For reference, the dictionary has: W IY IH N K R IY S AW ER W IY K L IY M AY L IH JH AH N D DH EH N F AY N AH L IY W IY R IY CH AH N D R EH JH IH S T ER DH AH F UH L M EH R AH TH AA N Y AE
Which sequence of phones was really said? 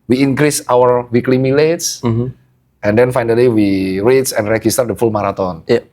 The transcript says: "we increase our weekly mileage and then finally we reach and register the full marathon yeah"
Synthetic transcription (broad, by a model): W IY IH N K R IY S AW ER W IY K L IY M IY L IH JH AH N D EH N F AY N AH L IY W IY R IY S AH N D R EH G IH S T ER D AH F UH L M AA R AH T AA N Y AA